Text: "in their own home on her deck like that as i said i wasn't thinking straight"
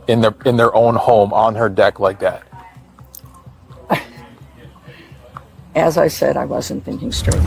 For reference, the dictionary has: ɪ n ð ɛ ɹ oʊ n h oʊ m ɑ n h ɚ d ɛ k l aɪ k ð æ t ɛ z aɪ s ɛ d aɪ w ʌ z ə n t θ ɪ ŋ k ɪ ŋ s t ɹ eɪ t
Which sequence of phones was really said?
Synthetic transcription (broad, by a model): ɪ n ð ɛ ɹ oʊ n h oʊ m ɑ n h ɚ d ɛ k l aɪ k ð æ t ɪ z aɪ s ɛ d aɪ w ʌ z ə n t θ ɪ ŋ k ɪ ŋ s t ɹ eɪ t